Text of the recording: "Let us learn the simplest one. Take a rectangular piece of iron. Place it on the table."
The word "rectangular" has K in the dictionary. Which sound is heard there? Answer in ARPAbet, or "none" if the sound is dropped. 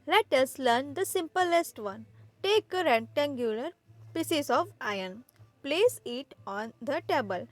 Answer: none